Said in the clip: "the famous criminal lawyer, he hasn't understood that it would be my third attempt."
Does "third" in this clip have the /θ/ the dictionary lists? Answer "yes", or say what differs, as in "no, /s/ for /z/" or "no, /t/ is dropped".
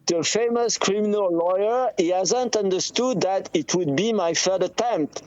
no, /f/ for /θ/